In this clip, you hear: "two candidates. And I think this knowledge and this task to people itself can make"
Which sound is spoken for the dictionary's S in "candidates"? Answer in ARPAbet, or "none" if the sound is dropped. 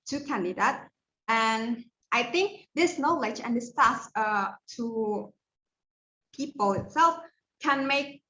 none